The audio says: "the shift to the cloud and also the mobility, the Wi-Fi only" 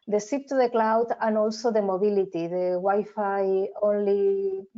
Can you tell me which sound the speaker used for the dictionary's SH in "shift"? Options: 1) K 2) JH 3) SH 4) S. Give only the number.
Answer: 4